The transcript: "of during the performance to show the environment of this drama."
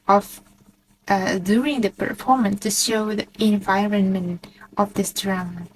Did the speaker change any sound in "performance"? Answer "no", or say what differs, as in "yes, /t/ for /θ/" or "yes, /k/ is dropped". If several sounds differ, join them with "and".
no